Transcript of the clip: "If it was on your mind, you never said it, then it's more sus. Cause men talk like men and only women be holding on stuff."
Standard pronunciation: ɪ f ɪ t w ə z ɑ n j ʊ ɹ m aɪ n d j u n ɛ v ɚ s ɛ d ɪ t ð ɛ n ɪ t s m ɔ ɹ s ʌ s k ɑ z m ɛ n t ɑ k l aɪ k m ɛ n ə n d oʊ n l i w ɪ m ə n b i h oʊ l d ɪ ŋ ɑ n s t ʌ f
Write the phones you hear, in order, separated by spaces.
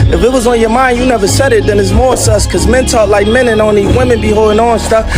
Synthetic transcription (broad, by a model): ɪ f ɪ t w ə z n j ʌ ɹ m aɪ n d j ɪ n ɛ v ɚ s ɛ d ɪ t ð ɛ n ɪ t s m ɔ ɹ s ʌ s k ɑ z m ɛ n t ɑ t l aɪ k m ɛ n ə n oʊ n i w ɪ m ə n b i h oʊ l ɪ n ɑ n s t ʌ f